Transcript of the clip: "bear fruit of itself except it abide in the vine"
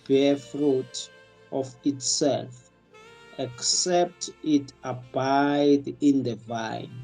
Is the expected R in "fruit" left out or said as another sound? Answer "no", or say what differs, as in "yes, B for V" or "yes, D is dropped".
no